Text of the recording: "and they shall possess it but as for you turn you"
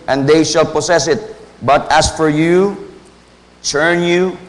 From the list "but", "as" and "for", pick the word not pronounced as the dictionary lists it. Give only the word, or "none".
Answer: as